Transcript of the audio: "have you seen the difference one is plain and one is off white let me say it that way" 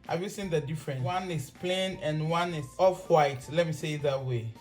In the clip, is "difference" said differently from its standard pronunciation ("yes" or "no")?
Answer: yes